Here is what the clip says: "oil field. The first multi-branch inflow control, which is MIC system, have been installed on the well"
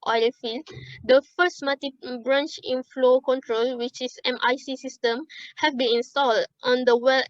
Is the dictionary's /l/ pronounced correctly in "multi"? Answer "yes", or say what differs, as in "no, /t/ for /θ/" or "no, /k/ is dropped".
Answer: no, /l/ is dropped